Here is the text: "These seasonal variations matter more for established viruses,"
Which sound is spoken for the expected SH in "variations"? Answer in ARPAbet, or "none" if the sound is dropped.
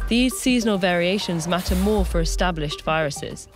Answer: SH